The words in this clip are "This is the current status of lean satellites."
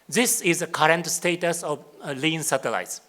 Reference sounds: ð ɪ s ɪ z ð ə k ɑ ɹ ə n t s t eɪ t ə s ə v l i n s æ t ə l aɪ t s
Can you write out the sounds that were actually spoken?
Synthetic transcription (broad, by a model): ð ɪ s ɪ z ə k ɑ ɹ ə n t s t eɪ t ə s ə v l i n s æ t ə l aɪ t s